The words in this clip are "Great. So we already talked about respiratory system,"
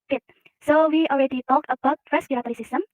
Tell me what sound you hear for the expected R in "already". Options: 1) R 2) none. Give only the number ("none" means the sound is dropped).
1